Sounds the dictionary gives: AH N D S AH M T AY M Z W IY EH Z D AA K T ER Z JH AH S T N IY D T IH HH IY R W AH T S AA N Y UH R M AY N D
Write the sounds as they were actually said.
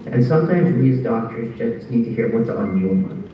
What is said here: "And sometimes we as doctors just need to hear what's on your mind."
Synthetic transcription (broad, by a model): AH N S AH M T AY M Z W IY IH Z D AA K T ER Z JH AH S T N IY D T IH HH IY R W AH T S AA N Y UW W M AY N